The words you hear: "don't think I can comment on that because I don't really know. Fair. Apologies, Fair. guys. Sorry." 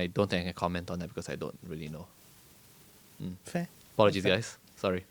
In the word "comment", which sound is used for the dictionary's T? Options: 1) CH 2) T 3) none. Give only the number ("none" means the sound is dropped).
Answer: 2